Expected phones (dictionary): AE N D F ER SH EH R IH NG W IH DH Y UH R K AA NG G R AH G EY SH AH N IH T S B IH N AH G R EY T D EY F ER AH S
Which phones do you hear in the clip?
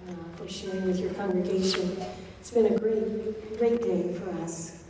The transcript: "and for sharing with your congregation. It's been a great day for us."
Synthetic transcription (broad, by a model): F ER SH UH R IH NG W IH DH Y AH R K AA NG G R AH G EY SH AH N IH T S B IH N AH G R EY T D EY F ER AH S